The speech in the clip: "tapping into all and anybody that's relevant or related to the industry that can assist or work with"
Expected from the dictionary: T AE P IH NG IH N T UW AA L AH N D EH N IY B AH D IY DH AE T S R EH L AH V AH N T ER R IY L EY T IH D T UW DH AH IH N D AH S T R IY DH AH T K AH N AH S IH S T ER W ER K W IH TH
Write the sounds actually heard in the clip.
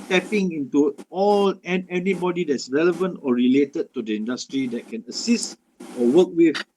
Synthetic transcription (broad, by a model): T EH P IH NG IH N T UW AA L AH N EH N IY B AH D IY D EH T S R EH L AH V AH N T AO R IY L EY T IH D T UW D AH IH N D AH S T R IY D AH T K AH N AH S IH S T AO W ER K W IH